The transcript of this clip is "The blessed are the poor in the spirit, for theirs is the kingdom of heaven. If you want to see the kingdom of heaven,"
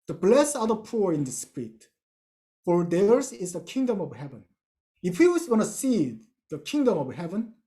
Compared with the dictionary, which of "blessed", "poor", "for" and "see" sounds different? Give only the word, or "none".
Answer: blessed